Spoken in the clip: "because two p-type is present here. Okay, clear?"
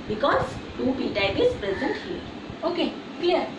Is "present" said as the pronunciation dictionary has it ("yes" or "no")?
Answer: yes